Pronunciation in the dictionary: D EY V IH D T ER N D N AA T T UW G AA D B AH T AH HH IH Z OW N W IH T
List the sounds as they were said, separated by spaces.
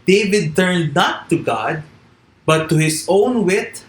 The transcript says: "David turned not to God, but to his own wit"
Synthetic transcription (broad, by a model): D EY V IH D T ER N D N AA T T UW G AA D B AH T AH HH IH S OW N W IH T